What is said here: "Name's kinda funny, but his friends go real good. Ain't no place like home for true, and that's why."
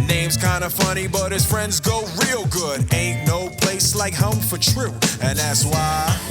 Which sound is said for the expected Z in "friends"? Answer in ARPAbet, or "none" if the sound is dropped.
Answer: Z